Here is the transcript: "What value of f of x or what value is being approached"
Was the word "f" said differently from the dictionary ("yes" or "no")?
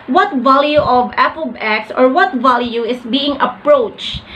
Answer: yes